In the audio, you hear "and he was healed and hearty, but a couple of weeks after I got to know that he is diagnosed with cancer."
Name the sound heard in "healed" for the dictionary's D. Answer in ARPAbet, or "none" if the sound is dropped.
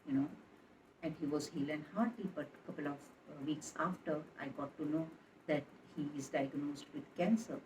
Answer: none